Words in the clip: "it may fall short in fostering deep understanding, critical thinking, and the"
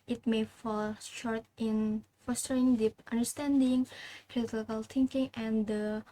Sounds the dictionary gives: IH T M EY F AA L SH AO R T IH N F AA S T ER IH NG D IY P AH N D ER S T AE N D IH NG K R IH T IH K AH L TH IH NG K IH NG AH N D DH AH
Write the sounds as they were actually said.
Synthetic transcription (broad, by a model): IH T M EY F AA L SH AO R T IH N F AA S T ER IH NG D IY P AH N D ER S T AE N D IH NG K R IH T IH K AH L T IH NG K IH NG AH N D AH